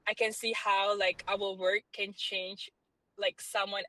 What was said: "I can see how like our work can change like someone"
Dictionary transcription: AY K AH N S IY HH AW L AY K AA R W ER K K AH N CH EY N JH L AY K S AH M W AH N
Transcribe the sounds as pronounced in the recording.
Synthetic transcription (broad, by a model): AY K AH N S IY HH AW L AY K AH L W ER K K AH N CH EY N JH L AY K S AH M W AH N